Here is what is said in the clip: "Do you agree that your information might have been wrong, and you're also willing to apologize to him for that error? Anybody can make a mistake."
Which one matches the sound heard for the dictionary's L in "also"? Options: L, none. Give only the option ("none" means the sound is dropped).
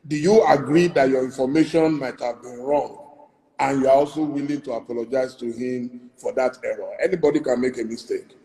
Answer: L